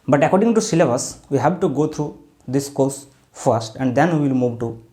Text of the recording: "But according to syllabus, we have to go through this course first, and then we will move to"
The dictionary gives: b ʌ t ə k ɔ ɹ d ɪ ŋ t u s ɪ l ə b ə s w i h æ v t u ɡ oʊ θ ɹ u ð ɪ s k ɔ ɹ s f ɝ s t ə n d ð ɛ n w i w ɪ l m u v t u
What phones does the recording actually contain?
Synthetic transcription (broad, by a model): b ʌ t ə k ɔ ɹ d ɪ ŋ t u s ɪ l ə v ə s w i h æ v t u ɡ oʊ t ɹ u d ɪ s k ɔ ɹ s f ɝ s t ə n d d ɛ n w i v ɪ l m u v t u